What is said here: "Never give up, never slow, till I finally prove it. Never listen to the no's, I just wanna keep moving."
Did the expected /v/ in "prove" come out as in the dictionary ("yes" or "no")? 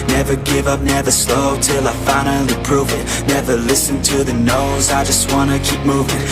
yes